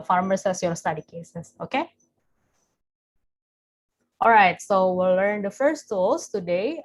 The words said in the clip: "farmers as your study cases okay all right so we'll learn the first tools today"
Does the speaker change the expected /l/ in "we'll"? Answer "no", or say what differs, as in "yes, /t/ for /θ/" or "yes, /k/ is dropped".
no